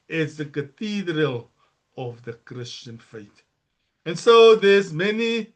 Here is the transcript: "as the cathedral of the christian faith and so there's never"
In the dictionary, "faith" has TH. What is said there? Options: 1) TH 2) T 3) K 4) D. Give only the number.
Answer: 2